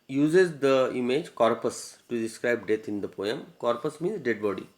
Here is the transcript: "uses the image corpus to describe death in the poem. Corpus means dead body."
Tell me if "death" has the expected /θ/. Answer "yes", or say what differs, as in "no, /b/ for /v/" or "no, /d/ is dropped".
no, /t/ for /θ/